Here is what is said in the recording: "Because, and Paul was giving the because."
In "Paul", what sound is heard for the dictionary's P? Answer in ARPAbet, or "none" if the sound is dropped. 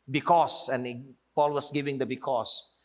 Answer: P